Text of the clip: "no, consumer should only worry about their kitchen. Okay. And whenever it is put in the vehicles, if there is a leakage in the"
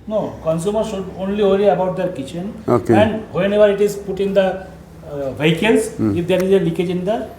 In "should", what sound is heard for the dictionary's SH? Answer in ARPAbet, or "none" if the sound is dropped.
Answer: S